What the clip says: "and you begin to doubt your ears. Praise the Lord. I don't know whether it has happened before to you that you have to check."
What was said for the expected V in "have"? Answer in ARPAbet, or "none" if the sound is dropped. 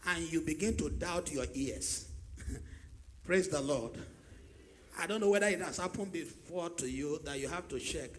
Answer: F